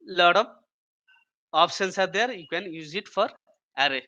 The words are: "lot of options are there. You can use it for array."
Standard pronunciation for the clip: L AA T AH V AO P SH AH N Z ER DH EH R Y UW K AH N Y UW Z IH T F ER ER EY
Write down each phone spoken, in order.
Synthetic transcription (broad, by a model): L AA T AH B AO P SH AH N S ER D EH R Y UW K AH N Y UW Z IH T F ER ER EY